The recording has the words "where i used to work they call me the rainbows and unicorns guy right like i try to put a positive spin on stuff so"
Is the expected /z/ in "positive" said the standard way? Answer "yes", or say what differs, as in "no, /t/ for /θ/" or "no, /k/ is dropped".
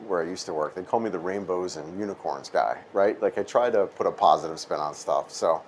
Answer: yes